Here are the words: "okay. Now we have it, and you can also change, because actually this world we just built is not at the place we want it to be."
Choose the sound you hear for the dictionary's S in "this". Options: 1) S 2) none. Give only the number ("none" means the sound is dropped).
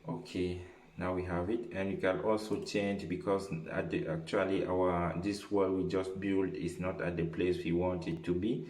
2